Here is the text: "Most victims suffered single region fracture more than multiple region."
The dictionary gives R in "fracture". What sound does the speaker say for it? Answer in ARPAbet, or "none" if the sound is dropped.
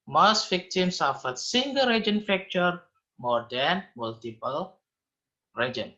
none